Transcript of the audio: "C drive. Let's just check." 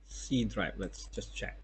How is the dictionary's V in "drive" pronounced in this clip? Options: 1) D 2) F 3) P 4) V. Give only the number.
3